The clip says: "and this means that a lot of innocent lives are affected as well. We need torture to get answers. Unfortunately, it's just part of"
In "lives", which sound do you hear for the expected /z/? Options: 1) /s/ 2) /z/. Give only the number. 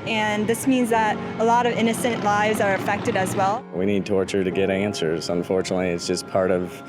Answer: 2